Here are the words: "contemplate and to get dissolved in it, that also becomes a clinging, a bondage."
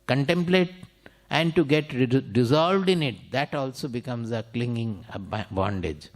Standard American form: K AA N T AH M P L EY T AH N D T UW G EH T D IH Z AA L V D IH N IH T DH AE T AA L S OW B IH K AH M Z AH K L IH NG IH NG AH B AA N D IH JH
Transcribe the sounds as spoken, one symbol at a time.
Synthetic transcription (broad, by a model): K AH N T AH M P L EY T AH N D T UW G EH T D IH Z AA L V D IH N IH T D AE T AA L S OW B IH K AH M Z AH K L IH NG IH NG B B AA N D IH JH